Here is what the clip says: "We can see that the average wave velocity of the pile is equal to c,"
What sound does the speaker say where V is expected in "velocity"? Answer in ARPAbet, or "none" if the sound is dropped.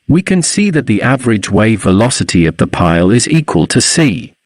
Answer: V